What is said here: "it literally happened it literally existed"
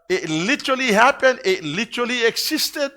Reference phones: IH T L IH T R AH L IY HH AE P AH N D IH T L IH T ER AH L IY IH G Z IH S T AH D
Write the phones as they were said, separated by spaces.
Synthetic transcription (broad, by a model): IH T L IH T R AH L IY HH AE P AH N IH T L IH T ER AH L IY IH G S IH S T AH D